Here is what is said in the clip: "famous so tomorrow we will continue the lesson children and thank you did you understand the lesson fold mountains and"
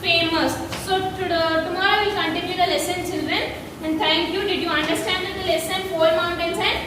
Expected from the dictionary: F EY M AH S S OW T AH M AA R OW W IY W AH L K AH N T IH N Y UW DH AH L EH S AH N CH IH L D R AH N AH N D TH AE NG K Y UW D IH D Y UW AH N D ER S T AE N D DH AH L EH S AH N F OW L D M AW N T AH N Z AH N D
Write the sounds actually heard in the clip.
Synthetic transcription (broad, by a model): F EY M AH S S OW T AH M AA R OW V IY L K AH N T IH N Y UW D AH L EH S AH N CH IH L D R AH N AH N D T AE NG K Y UW D IH D Y UW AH N D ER S T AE N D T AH L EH S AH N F OW D M AW N T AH N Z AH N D